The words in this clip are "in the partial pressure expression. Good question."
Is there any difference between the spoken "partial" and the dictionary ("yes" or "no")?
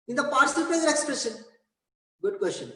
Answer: yes